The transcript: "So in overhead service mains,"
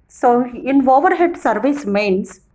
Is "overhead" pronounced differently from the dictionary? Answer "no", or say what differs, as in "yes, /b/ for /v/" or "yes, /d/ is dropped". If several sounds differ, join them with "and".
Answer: no